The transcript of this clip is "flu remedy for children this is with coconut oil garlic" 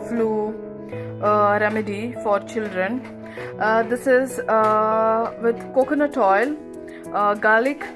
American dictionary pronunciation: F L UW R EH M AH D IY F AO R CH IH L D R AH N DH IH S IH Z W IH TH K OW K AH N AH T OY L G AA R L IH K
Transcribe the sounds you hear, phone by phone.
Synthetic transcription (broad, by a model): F L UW R EH M AH D IY F AO R CH IH L D R AH N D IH S IH Z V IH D K OW K AH N AH T OY L G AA L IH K